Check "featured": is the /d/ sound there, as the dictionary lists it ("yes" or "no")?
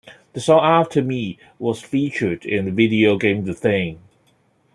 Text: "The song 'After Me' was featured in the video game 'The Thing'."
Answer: yes